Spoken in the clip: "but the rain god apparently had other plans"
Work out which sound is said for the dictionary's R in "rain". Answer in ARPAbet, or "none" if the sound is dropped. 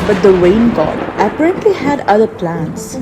W